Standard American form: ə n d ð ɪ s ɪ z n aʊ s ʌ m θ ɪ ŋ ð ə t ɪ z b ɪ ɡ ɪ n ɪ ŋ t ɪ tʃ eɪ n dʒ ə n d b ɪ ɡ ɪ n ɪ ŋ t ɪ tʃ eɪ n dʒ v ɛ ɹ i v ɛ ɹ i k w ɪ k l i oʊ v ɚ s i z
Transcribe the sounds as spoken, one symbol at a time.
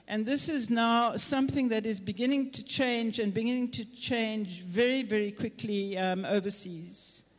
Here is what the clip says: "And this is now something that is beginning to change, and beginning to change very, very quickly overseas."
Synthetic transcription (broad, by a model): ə n ð ɪ s ɪ z n aʊ s ʌ m θ ɪ ŋ ð ə t ɪ z b ɪ ɡ ɪ n ɪ ŋ t ɪ tʃ eɪ n dʒ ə n b ɪ ɡ ɪ n ɪ ŋ t ɪ tʃ eɪ n dʒ v ɛ ɹ i v ɛ ɹ i k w ɪ k l i oʊ v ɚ s i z